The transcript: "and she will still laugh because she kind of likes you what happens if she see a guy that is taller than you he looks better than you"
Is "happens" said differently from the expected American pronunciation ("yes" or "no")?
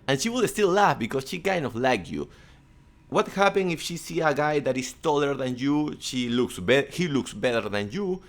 yes